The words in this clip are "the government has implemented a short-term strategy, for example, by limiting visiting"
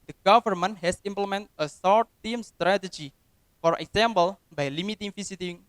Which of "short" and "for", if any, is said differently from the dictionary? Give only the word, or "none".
short